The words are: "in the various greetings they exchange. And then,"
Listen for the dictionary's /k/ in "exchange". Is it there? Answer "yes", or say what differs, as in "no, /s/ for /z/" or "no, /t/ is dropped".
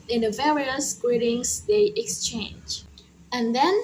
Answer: yes